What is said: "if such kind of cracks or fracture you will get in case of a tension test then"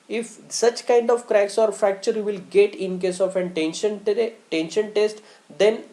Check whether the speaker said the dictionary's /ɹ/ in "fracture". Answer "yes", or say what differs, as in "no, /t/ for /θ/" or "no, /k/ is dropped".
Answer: no, /ɹ/ is dropped